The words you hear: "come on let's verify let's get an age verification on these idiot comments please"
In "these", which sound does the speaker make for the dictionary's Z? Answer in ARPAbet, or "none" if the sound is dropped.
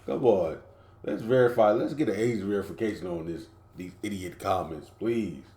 Z